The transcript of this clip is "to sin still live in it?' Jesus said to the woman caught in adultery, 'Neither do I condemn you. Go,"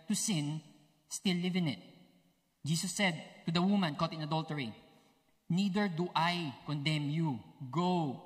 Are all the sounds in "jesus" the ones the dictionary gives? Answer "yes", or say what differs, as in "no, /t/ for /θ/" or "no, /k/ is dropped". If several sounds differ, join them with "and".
no, /s/ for /z/